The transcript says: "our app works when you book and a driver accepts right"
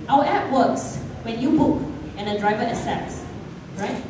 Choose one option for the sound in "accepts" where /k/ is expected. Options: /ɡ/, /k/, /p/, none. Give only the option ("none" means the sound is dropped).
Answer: none